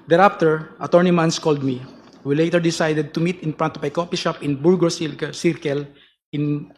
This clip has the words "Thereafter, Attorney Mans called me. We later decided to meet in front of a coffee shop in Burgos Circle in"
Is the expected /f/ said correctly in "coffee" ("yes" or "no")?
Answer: no